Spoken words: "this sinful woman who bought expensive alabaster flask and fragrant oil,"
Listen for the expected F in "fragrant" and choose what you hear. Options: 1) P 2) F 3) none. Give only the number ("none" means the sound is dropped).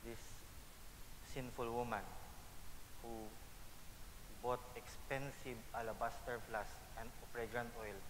1